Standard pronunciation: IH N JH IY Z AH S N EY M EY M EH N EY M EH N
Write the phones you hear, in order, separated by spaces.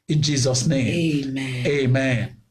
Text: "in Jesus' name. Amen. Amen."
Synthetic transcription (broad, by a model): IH N JH IY Z AH S N EY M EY M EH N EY M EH N